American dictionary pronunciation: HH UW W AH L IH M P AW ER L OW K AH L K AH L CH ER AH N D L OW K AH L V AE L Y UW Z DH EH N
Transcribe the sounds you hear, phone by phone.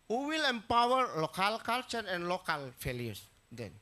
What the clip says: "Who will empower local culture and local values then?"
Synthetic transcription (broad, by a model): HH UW W AH L IH M P AW ER L OW K AH L K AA L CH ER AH N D L OW K AH L F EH L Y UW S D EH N